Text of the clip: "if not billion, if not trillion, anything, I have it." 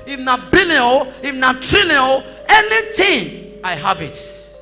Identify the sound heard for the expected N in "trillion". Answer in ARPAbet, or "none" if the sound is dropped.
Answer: L